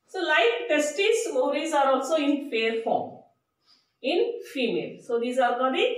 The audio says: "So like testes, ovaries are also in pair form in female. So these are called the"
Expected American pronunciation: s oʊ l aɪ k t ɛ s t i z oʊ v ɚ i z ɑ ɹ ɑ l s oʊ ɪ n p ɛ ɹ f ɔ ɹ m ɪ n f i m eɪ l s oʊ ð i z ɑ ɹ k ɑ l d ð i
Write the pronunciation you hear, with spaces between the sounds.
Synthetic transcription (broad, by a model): s oʊ l aɪ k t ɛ s t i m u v i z ɑ ɹ ɑ l s oʊ ɪ n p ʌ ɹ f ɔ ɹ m ɪ n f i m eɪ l s oʊ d i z ɑ ɹ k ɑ d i